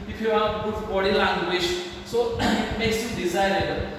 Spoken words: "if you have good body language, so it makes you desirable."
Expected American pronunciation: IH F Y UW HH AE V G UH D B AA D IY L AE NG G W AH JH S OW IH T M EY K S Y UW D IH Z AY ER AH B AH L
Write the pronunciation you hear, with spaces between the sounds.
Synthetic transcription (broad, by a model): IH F Y UW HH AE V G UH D B AA D IY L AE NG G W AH SH S OW IH T M EY K S Y UW D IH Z AY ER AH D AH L